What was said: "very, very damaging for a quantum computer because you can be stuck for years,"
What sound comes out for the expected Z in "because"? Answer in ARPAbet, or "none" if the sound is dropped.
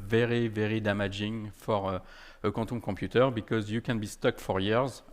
Z